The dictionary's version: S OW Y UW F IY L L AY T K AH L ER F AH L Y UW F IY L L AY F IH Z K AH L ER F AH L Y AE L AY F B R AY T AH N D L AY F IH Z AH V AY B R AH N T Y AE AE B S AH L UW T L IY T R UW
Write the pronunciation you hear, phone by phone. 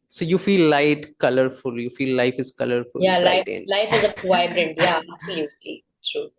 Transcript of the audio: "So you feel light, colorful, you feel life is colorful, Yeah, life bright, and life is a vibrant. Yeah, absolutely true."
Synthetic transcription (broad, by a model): S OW Y UW F IY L L AY T K AH L ER F AH L Y UW F IY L L AY F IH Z K AH L ER F AH L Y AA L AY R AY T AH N L AY F IH Z AH P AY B R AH N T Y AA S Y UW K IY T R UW